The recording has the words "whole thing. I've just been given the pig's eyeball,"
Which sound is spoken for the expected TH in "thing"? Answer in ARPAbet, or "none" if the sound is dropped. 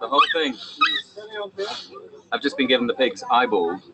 TH